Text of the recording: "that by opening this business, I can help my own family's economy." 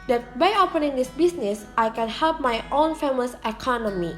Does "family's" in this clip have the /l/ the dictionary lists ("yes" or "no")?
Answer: no